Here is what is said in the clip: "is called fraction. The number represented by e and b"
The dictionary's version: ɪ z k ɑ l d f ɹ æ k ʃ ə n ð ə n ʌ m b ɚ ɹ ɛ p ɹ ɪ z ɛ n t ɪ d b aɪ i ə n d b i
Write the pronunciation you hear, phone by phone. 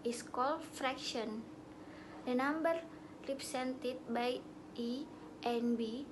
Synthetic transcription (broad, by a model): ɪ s k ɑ l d f ɹ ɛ k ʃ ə n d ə n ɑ m b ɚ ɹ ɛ p ɹ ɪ s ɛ n t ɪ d b aɪ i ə n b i